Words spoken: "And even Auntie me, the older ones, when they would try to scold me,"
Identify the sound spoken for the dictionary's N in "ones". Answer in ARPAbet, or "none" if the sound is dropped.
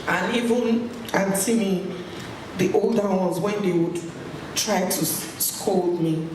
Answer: none